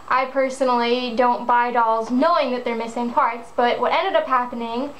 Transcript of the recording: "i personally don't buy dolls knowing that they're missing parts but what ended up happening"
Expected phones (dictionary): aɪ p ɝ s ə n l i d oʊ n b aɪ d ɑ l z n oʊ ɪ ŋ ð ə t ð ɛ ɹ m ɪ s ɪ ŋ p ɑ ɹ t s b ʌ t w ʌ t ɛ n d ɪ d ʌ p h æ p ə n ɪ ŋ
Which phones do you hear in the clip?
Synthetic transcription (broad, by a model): aɪ p ɝ s ə n l i d oʊ n b aɪ d ɑ l z n oʊ ɪ ŋ ð ə t ð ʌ ɹ m ɪ s ɪ ŋ p ɑ ɹ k s b ʌ t w ʌ t ɛ n d ɪ d ʌ p h æ p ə n ɪ ŋ